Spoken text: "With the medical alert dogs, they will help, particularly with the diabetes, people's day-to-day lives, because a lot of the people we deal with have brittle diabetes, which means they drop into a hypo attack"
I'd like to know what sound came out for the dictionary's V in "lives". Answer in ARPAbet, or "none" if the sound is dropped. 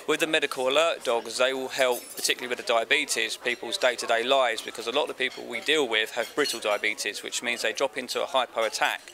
none